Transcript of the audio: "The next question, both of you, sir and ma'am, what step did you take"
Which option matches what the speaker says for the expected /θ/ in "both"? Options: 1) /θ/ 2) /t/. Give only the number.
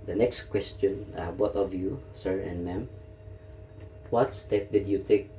2